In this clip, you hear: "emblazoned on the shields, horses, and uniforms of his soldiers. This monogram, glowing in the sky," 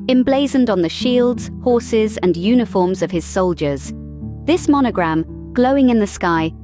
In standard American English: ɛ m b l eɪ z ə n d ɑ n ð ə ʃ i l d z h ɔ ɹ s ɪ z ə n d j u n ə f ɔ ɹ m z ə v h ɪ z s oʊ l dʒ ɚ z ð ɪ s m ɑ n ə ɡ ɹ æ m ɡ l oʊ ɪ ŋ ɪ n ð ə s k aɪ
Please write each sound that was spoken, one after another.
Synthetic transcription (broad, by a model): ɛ m b l eɪ z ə n d n ð ə ʃ i l d z h ɔ ɹ s ɪ z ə n j u n ə f ɔ ɹ m z ə v ɪ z s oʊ l dʒ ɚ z ð ɪ s m ɑ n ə ɡ ɹ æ m ɡ l oʊ ɪ ŋ ɪ n ð ə s k aɪ